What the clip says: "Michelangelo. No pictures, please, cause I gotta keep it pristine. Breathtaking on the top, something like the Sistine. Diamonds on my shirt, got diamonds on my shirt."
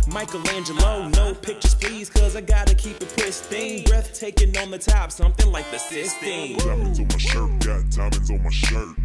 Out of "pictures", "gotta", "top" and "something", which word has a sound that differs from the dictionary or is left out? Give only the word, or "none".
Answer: pictures